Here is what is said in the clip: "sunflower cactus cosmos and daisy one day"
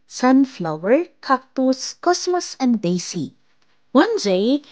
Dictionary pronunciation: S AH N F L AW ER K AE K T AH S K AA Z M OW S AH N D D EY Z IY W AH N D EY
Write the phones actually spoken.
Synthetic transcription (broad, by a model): S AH N F L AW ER K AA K T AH S K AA S M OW S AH N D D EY S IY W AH N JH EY